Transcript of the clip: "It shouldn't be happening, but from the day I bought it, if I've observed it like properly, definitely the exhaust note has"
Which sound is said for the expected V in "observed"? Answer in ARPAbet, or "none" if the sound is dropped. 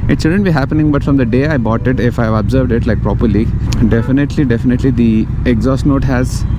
V